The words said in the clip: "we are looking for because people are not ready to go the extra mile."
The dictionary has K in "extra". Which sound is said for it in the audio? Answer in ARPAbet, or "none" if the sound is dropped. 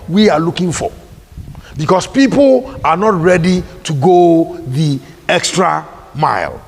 K